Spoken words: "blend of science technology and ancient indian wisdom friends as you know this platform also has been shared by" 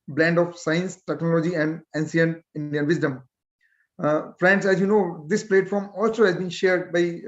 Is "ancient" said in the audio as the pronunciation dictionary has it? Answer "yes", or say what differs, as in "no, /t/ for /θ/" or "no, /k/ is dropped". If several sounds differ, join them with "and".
no, /s/ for /ʃ/ and /t/ is dropped